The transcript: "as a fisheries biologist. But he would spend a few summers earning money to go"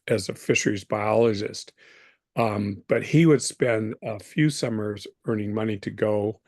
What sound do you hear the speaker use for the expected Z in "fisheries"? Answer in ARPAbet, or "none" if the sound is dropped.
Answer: Z